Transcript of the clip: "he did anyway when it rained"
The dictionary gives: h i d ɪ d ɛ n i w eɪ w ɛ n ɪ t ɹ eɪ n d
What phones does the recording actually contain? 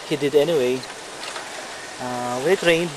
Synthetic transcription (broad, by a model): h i d ɪ d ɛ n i w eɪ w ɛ l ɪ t ɹ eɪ n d